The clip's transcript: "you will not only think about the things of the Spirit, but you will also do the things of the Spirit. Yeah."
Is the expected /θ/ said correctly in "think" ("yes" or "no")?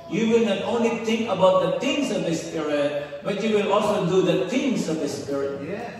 no